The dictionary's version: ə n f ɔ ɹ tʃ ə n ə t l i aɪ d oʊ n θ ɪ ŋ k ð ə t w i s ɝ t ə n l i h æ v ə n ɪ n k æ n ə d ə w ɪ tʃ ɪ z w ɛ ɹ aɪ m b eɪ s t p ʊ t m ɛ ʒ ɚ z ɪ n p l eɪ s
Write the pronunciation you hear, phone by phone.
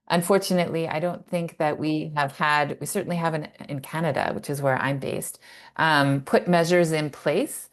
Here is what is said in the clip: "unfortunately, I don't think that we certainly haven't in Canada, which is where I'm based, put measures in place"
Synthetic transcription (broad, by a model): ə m f ɔ ɹ tʃ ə n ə t l i aɪ d oʊ n θ ɪ ŋ k ð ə t w i s ɝ t n l i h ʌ v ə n ɪ n k æ n ə d ə w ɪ tʃ ɪ z w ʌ ɹ aɪ m b eɪ s t p ʊ t m ɛ ʒ ɚ z ɪ n p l eɪ s